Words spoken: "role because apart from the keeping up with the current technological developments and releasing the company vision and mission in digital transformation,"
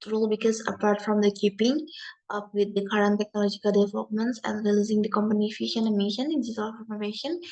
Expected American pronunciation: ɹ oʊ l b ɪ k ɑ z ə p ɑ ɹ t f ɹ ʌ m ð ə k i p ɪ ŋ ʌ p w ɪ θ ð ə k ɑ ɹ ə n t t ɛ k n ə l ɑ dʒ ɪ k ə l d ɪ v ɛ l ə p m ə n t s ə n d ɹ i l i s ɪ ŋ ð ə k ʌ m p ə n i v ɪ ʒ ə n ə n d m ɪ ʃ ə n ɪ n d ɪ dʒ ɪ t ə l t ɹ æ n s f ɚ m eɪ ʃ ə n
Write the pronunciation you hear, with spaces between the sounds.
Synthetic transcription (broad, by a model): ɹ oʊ l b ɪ k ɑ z ə p ɑ ɹ t f ɹ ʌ m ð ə k i p ɪ ŋ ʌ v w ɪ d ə k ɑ ɹ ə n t t ɛ k n ə l ɑ dʒ ɪ k ə l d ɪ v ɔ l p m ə n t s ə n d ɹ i l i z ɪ ŋ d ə k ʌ m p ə n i f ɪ ʃ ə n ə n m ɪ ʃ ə n ɪ n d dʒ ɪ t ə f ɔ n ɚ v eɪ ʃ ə n